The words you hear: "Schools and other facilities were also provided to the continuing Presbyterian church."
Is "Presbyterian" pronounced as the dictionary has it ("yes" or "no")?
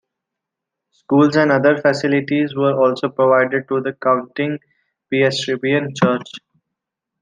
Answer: no